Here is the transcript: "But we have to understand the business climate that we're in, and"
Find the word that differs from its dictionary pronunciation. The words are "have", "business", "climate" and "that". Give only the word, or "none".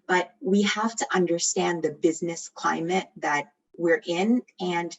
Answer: have